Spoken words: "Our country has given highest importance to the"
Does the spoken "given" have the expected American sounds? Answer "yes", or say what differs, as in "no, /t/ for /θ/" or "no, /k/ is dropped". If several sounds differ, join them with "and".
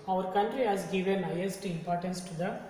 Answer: yes